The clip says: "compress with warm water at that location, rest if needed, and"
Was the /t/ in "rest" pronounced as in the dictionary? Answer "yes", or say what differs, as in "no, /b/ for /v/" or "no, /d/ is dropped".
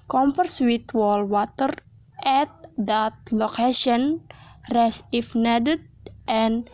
no, /t/ is dropped